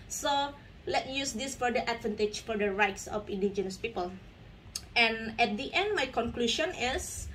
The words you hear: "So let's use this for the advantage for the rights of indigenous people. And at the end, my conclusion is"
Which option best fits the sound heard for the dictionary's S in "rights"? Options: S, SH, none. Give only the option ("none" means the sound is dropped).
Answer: S